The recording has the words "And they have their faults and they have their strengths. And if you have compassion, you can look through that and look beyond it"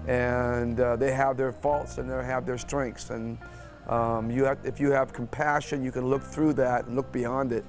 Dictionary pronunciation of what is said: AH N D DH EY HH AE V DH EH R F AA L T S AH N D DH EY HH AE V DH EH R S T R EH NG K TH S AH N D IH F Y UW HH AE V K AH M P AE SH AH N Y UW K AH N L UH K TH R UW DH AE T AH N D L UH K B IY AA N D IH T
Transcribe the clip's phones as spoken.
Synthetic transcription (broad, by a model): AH N DH EY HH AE V DH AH R F AA L T S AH N DH EY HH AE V DH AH R S T R EH NG K TH S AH N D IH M Y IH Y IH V K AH M P AE SH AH N Y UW K AH N L UH K TH R UW DH AE T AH N L UH K B IY AA N D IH T